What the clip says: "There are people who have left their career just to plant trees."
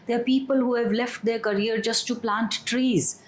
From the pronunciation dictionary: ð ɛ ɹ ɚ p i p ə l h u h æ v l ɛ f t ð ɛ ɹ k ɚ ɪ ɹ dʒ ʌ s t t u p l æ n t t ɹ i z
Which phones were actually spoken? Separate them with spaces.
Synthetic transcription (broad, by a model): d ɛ ɹ p i p ə l h u h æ v l ɛ f t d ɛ ɹ k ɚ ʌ ɹ dʒ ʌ s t t u p l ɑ n t t ɹ i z